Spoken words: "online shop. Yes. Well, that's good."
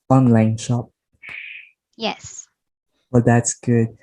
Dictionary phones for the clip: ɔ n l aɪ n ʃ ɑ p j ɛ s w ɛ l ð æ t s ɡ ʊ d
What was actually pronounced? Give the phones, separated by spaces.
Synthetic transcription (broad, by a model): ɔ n l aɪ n ʃ ɑ p j ɛ s w ɛ l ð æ t s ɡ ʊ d